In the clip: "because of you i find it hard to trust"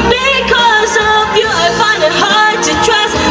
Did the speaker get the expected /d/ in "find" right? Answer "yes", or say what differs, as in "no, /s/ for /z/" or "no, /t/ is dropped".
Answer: no, /d/ is dropped